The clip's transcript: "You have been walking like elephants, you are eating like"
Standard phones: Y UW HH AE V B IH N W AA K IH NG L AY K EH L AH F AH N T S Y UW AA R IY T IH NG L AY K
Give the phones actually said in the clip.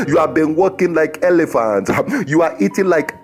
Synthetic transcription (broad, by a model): Y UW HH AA V B IH N W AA K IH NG L AY K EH L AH F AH N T Y UW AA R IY T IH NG L AY K